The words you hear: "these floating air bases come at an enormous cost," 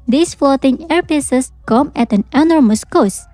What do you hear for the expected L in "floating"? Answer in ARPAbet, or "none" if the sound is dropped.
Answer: none